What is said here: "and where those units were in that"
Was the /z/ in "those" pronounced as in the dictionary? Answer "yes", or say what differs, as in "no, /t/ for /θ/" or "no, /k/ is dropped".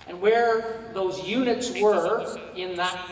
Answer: yes